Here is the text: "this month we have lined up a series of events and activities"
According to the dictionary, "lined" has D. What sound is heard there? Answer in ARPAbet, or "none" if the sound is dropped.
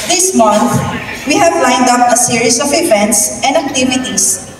D